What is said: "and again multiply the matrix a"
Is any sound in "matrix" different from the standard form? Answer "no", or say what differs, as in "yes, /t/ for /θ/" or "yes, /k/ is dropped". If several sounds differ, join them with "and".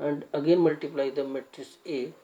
yes, /k/ is dropped